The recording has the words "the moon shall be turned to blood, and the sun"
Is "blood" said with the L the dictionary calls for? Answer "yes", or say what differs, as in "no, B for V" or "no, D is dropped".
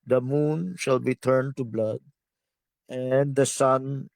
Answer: yes